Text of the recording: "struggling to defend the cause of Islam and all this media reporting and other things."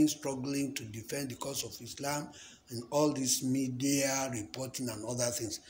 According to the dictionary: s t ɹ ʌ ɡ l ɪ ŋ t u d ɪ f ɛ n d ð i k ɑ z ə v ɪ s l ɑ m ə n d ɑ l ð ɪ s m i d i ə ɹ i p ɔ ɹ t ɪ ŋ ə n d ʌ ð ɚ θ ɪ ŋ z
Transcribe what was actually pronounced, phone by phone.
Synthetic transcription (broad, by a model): s t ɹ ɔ ɡ l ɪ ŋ t u d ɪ f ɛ n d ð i k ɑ s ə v ɪ s l ɑ m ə n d ɑ l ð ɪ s m i d i ə ɹ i p ɔ t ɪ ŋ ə n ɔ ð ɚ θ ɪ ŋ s